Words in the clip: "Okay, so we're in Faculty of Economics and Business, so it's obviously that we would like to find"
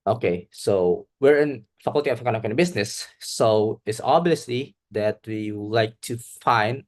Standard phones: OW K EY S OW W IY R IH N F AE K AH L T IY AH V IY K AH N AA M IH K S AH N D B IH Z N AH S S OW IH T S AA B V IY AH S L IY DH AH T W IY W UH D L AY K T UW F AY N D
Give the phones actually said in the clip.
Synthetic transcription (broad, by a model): OW K EY S OW W IY R IH N F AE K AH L T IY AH F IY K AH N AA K AH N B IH S N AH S S OW IH T S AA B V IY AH S L IY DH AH T W IY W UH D L AY K T UW F AY N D